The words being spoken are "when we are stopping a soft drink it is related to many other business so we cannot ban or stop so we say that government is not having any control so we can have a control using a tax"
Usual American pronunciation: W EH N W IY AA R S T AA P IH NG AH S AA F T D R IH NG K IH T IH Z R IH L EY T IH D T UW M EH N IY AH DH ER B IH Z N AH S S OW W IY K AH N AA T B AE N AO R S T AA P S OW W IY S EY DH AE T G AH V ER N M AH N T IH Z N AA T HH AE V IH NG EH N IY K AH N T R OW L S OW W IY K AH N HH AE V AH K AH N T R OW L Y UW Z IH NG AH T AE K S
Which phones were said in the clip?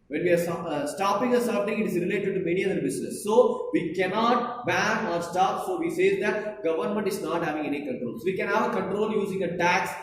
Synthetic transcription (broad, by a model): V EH N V IY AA R S T AA P IH NG AH S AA T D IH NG IH T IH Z R IH L EY T IH D T UW M EH N IY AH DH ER B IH S N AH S S OW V IY K AH N AA T B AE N AO R S T AA P S OW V IY S EY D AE T G AH V ER N M AH N T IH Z N AA T HH AE V IH NG EH N IY K AH N T R OW L S OW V IY K AH N HH AE V AH K AH N T R OW L Y UW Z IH NG AH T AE K S